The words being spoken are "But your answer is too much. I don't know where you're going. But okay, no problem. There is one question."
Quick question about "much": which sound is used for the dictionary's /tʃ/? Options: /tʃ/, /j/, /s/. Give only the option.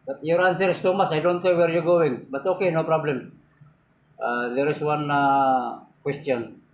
/s/